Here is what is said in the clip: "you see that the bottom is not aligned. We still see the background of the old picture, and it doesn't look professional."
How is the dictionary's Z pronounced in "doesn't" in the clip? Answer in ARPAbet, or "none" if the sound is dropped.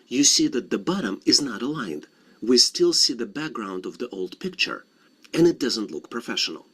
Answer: Z